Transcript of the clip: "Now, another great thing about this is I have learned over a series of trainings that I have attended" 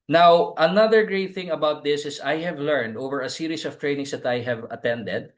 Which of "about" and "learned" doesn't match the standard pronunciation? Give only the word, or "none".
none